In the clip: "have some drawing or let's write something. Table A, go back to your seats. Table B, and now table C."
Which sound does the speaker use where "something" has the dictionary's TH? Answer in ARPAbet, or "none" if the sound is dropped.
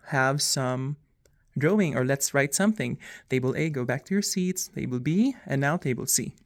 TH